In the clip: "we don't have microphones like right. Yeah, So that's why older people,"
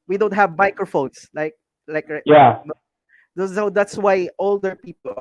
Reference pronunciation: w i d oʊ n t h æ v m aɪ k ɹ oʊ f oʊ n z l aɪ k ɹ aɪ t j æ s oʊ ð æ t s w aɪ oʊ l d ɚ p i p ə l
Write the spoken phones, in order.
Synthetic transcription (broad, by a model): w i d oʊ n t h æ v m aɪ k ɹ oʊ f oʊ n s l aɪ k l aɪ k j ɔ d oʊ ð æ t s w aɪ oʊ l d ɚ p i p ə l